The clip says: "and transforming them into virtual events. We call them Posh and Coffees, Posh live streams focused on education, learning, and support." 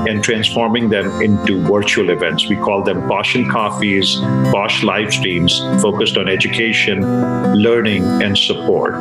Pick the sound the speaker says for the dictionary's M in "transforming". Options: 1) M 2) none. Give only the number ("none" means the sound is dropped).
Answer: 1